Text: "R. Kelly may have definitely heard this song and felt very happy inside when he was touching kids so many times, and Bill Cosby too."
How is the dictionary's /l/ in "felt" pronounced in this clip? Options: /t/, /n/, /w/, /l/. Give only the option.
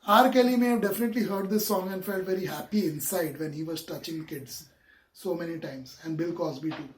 /l/